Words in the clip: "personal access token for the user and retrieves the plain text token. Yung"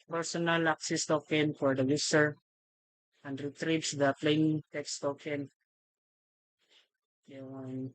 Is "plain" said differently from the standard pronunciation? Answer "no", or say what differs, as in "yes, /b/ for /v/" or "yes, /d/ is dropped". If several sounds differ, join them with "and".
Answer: no